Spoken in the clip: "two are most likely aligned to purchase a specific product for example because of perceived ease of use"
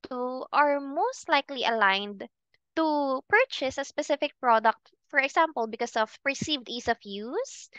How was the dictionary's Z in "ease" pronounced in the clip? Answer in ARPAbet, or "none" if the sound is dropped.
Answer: S